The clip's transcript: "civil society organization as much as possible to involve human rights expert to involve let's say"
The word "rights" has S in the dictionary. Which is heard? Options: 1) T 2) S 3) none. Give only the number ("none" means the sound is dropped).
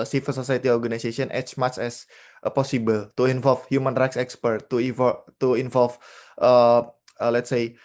2